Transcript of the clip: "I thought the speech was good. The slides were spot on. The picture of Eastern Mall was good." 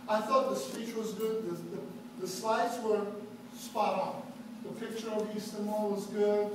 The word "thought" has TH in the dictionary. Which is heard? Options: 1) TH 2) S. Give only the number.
1